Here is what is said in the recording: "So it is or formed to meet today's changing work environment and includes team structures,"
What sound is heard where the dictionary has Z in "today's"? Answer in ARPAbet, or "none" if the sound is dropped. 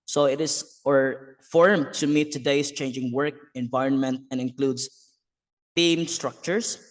S